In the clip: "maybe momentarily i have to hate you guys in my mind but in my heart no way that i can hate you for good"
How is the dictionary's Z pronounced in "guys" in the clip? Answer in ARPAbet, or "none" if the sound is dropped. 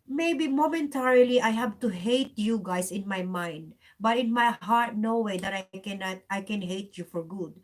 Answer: S